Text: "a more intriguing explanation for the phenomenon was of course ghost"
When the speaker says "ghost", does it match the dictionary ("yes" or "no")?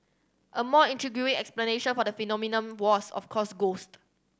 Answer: yes